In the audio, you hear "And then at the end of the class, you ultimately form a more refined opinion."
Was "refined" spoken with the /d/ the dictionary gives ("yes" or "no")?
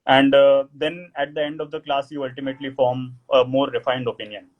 yes